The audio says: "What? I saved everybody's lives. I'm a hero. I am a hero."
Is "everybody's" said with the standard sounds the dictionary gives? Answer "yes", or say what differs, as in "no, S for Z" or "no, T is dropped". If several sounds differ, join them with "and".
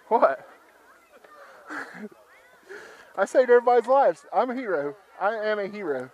no, V is dropped